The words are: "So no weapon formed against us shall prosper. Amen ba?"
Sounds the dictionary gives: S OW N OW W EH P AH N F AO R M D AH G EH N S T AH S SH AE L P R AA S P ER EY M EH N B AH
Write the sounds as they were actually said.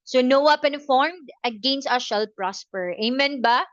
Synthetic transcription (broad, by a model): S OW N OW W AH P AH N F AO R M D AH G EH N S T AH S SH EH L P R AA S P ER EY M EH N B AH